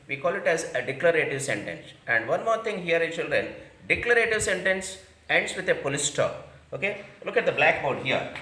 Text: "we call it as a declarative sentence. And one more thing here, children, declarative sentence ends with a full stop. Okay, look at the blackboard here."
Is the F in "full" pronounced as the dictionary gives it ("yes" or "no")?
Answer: no